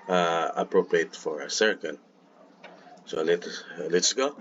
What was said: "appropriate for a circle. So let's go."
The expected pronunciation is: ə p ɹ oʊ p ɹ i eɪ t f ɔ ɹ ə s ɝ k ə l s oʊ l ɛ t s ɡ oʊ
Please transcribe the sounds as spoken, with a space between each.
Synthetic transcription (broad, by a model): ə p ɹ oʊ p ɹ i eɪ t f ɔ ɹ ə s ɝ k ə n s oʊ l ɛ t s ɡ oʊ